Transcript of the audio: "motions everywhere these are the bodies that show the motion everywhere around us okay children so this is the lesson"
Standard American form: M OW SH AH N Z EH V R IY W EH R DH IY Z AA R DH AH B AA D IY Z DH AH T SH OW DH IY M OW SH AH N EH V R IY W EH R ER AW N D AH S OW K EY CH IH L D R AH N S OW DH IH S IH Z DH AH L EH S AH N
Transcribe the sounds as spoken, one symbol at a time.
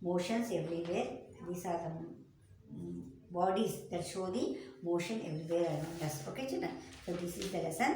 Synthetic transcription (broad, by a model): M OW SH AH N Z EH V R IY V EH R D IY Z AA R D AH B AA D IY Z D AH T SH OW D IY M OW SH AH N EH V R IY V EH R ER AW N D AH S OW K EY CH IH D AH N S OW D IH S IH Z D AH L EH S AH N